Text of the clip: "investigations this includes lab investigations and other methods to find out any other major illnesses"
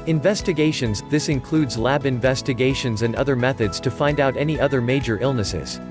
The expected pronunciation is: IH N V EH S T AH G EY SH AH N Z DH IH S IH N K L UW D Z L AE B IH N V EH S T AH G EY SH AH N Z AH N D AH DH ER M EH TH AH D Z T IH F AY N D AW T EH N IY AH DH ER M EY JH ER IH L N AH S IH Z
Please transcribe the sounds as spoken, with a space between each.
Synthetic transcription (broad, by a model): IH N V EH S T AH G EY SH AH N Z DH IH S IH N K L UW D Z L AE B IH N V EH S T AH G EY SH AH N Z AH N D AH DH ER M EH TH AH D Z T IH F AY N D AW T EH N IY AH DH ER M EY JH ER IH L N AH S IH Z